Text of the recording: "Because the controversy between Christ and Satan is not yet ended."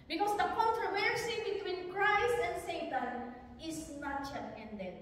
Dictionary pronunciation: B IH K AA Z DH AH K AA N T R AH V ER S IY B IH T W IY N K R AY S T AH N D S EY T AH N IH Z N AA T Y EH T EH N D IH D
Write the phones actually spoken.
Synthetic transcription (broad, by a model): B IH K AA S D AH K AA N T R AH V ER S IY B IH T W IY N K R AY S T AH N D S EY T AH N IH S N AA T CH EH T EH N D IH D